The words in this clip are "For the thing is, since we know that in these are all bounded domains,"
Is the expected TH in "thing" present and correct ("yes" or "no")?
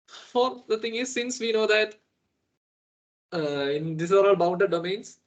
no